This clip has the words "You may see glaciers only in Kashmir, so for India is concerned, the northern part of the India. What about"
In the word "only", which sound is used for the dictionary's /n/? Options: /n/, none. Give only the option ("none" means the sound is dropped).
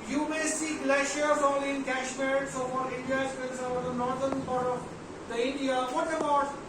none